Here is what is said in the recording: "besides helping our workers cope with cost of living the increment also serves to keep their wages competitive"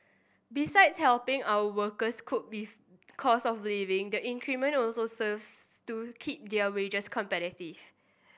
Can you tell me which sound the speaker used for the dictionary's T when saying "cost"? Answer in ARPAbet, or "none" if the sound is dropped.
none